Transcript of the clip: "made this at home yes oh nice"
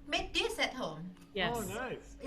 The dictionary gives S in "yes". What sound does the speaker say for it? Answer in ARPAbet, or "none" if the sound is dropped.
none